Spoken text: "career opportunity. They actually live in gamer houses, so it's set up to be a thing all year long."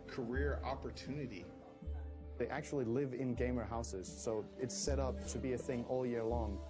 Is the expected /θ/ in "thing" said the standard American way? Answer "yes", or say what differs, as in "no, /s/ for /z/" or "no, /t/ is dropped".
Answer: yes